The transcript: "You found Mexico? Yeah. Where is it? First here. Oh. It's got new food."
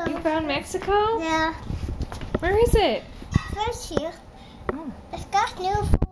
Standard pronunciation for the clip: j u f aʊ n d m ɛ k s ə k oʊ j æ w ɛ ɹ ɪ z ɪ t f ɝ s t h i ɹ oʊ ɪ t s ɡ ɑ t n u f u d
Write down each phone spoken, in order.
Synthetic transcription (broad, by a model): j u f aʊ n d m ɛ k s ə k oʊ j æ w ɛ ɹ ɪ z ɪ t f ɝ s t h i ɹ oʊ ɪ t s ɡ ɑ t n u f